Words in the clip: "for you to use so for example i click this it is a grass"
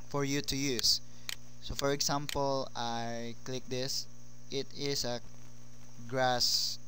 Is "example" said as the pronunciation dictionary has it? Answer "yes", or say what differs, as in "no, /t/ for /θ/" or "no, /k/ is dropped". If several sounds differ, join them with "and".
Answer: no, /s/ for /z/